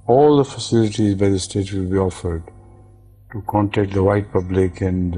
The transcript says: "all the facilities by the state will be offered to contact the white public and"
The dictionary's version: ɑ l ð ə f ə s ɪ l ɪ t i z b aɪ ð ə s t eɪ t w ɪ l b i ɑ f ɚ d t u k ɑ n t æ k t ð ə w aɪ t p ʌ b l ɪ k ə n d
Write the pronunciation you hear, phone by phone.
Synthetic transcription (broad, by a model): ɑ l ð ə f ə s ɪ l ɪ t i z b aɪ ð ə s t eɪ t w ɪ l b i ɑ f ɚ d t u k ɑ n t æ k t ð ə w aɪ t p ʌ b l ɪ k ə n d